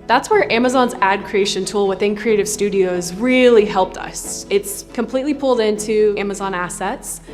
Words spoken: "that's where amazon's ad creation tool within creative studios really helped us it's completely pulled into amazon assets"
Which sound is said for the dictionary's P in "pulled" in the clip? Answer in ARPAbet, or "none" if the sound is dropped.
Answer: P